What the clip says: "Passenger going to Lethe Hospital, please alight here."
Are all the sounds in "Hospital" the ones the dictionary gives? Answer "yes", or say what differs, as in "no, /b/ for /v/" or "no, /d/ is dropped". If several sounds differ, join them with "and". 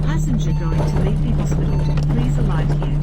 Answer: no, /n/ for /l/